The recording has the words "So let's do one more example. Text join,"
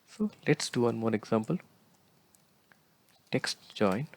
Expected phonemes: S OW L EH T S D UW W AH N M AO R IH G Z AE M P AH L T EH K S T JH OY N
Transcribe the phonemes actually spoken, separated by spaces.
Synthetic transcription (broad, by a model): S OW L EH T S D UW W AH N M AO R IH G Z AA M P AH L T EH K S T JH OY N